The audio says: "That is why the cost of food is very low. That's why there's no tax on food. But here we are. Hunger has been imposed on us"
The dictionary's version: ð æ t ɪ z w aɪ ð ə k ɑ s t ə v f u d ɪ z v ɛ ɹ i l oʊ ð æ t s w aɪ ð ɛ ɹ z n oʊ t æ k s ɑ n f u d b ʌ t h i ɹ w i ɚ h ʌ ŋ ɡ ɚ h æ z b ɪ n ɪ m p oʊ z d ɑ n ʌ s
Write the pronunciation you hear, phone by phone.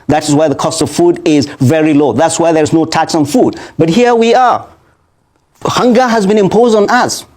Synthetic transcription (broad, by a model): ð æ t ɪ z w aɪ ð ə k ɑ s t ə v f u d ɪ z v ɛ ɹ i l oʊ ð æ t s w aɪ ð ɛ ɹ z n oʊ t æ k s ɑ n f u d b ʌ t h i ɹ w i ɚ h ʌ ŋ ɡ ɚ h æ z b ɪ n ɪ m p oʊ z d n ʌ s